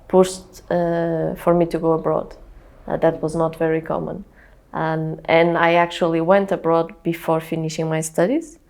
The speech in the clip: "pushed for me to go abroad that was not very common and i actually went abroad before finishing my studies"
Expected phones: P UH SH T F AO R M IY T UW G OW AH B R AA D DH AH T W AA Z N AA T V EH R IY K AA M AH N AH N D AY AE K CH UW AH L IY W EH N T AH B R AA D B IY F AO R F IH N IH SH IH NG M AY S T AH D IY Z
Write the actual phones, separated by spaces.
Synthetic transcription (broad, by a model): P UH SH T F AO R M IY T UW G OW AH B R AA D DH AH T W AA Z N AA T V EH R IY K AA M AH N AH N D AY AE K CH UW AH L IY W EH N T AH B R AA D B IY F AO R F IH N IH SH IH NG M AY S T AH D IY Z